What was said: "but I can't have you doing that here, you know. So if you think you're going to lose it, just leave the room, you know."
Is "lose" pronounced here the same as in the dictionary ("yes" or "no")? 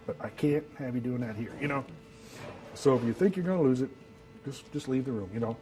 yes